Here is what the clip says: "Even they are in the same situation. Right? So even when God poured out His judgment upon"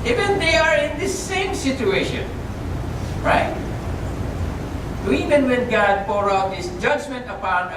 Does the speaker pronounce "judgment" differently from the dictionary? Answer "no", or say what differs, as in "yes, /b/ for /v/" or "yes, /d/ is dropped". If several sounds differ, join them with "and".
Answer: no